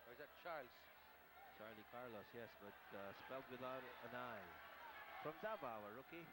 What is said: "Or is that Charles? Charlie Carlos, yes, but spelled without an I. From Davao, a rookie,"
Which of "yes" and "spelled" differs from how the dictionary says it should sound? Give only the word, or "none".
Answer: none